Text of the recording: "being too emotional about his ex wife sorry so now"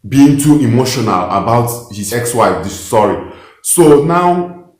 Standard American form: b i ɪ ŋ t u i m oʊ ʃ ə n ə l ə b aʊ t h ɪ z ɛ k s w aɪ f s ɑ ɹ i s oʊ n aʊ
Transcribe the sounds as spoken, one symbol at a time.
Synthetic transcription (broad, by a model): b i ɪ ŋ t u i m oʊ ʃ ə n ə l ə b aʊ t h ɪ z ɛ k s w aɪ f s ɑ ɹ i s oʊ n aʊ